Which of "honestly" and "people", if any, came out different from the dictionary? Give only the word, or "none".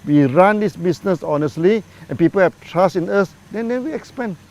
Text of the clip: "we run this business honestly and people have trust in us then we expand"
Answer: none